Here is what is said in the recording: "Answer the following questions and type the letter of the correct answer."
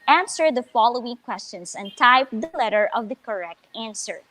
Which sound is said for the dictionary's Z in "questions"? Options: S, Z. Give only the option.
S